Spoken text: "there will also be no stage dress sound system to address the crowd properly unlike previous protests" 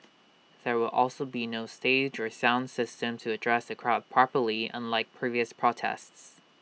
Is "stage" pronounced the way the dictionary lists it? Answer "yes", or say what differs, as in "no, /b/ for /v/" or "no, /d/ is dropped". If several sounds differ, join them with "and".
yes